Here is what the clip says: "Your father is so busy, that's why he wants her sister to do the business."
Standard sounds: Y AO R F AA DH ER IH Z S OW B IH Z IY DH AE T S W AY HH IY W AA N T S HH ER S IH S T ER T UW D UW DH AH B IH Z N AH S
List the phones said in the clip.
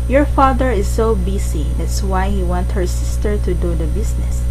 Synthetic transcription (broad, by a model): Y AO R F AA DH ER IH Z S OW B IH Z IY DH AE T S W AY HH IY W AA N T HH ER S IH S T ER T UW D UW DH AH B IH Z N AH S